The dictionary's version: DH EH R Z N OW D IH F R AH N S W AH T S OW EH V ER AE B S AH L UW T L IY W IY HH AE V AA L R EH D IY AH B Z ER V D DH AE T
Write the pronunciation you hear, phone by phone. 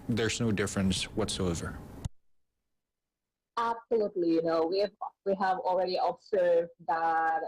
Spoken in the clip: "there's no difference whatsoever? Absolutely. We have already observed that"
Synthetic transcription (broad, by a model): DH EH R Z N OW D IH F R AH N S W AH T S OW EH V ER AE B S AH L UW T L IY W IY HH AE V AA L R EH D IY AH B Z ER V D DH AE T